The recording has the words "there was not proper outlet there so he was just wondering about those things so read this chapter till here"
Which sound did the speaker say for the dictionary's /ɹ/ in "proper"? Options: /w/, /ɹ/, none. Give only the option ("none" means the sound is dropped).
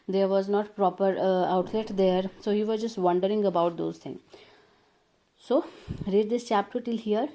/ɹ/